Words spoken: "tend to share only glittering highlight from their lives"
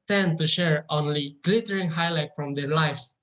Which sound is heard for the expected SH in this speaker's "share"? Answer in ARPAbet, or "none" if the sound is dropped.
SH